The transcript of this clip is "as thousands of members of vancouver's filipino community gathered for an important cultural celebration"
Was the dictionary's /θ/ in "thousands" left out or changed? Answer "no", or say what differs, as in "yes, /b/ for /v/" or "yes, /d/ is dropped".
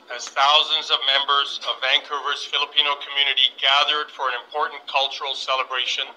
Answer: no